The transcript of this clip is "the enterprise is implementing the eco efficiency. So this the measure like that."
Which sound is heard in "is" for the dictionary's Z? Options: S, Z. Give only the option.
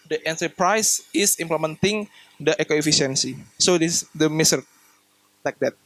S